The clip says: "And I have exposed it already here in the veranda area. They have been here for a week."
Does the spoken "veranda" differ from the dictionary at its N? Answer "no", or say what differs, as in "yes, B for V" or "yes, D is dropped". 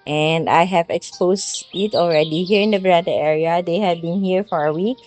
yes, N is dropped